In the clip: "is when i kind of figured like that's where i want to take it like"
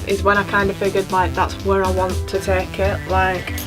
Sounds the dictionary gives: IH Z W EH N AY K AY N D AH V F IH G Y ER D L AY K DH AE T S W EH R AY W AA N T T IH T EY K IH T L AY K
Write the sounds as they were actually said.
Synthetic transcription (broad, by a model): IH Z W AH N AY K AY N D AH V F IH G Y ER D L AY K DH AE T S W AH R AY W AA N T T IH T EY K IH T L AY K